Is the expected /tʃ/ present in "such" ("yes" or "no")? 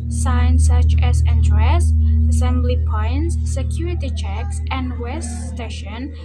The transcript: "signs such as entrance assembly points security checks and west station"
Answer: yes